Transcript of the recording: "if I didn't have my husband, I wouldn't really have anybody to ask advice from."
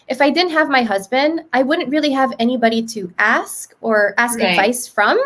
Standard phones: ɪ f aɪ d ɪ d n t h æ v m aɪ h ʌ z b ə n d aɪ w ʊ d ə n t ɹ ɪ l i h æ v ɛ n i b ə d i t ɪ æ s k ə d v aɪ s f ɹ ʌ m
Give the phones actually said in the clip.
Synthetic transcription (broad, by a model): ɪ f aɪ d ɪ d n t h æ v m aɪ h ʌ z b ə n d aɪ w ʊ d n t ɹ ɪ l i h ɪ v ɛ n i b ə d i t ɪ æ s k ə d v aɪ s f ɹ ʌ m